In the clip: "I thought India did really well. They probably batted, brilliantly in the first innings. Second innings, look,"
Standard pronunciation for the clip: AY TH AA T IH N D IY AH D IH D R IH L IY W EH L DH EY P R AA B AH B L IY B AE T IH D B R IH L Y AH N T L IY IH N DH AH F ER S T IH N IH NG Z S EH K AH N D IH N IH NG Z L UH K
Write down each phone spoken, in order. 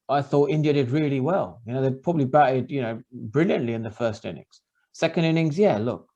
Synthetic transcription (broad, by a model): AY TH AA T IH N D IY AH D IH D R IH L IY W EH L DH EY P R AA B AH B L IY B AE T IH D B R IH L Y AH N T L IY IH N DH AH F ER S T IH N IH NG Z S EH K AH N D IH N IH NG Z L UH K